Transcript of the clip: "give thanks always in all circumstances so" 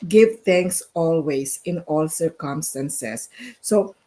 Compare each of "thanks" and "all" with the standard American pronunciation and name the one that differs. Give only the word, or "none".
thanks